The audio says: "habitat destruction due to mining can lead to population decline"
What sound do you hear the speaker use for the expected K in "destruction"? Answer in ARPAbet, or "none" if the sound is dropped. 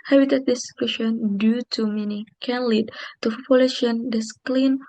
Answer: none